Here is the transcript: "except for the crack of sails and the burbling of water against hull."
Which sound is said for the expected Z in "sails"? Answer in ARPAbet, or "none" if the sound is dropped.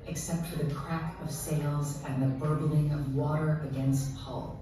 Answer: Z